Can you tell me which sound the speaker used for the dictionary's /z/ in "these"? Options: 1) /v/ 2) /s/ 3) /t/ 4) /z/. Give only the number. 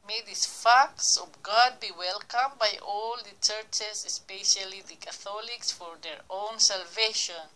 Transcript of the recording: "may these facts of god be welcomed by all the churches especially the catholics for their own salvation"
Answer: 2